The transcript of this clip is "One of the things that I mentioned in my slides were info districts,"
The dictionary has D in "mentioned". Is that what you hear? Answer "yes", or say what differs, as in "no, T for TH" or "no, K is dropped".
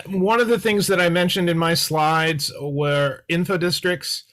yes